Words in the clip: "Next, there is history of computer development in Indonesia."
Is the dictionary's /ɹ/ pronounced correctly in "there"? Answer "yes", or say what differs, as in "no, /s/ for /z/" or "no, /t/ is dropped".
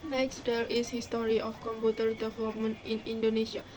no, /l/ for /ɹ/